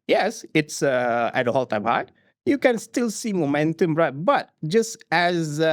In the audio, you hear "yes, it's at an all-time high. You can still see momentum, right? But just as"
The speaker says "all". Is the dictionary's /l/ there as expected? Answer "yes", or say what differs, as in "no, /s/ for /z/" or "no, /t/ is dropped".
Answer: yes